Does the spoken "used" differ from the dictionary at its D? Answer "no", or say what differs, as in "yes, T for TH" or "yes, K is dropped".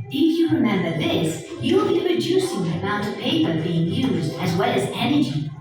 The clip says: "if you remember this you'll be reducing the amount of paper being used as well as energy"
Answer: no